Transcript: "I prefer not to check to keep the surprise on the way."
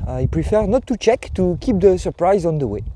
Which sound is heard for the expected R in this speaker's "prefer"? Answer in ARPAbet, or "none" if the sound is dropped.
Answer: R